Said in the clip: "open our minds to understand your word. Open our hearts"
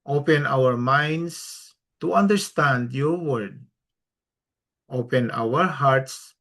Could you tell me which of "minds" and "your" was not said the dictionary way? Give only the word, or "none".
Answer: minds